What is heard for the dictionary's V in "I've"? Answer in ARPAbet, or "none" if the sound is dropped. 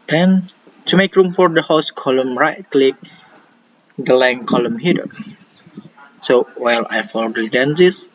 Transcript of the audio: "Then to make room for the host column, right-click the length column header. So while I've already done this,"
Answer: F